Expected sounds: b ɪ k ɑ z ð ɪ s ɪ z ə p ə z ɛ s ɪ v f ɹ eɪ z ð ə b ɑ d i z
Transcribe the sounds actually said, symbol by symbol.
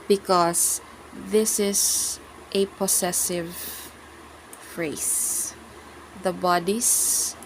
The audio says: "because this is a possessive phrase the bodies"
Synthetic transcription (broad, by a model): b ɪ k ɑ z ð ɪ s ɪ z ə p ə s ɛ s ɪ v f ɹ eɪ s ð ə b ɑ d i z